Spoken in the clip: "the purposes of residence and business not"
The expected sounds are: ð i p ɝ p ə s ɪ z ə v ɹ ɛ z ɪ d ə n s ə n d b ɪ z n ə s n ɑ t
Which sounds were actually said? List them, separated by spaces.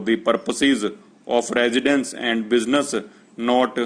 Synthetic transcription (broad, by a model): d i p ɝ p ə s ɪ z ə p ɹ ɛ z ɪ d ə n s ə n d b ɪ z n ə s n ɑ t